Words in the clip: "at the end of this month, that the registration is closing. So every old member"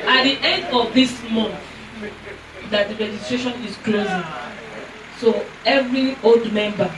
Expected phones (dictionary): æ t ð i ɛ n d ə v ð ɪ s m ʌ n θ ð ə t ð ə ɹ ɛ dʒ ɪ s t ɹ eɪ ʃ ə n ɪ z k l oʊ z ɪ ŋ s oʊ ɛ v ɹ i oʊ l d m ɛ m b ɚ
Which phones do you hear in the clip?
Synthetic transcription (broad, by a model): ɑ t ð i ɛ n d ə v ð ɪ s m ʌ n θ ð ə t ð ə ɹ ɛ dʒ ɪ s t ɹ eɪ ʃ ə n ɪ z k l oʊ z ɪ ŋ s oʊ ɛ v ɹ i oʊ l d m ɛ m b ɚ